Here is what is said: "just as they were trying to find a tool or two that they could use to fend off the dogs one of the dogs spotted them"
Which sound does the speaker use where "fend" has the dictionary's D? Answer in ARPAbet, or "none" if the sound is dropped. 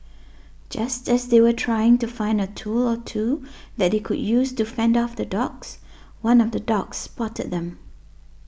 D